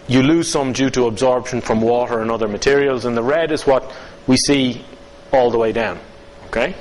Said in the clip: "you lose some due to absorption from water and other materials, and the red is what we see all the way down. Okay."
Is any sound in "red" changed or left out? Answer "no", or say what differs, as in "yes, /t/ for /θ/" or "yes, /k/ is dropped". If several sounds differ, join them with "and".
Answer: no